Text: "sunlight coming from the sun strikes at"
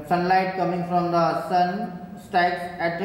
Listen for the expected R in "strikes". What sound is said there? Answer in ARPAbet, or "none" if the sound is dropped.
none